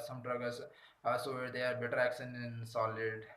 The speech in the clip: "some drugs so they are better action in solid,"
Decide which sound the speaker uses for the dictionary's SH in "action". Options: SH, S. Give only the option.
S